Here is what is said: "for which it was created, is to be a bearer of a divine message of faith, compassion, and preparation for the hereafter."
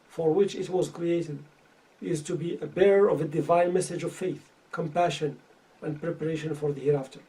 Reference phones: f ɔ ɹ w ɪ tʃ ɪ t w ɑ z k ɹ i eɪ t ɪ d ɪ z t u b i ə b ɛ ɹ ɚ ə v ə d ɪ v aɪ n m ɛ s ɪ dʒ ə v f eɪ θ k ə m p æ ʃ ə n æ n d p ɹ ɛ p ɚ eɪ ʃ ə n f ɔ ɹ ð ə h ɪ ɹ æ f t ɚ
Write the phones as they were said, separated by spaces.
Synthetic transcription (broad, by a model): f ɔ ɹ w ɪ tʃ ɪ t w ɑ z k ɹ i eɪ t ɪ d ɪ z t u b i ə b ɛ ɹ ɚ ə v ə d ɪ v aɪ n m ɛ s ɪ dʒ ə v f eɪ θ k ə m p æ ʃ ə n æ n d p ɹ ɛ p ɚ eɪ ʃ ə n f ɔ ɹ ð ə h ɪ ɹ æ f t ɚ